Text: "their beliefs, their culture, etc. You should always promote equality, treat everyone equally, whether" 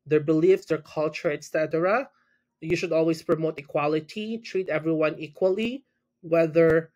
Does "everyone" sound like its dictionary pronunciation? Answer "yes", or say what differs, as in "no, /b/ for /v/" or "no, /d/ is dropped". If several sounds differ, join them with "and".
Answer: yes